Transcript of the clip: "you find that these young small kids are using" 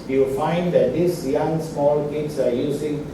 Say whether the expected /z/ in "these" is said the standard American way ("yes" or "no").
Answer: no